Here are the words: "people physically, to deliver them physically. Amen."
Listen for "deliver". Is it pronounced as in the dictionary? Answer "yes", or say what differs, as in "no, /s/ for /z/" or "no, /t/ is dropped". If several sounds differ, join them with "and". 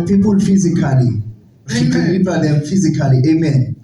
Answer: no, /p/ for /v/